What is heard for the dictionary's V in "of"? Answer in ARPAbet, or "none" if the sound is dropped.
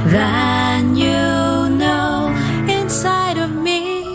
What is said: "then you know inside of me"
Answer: V